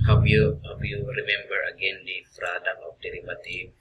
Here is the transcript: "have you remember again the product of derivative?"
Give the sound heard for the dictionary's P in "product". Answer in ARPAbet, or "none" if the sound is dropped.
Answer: F